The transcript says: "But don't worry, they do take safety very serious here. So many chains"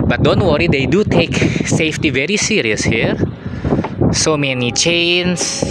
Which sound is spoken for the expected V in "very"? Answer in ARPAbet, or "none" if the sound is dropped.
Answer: V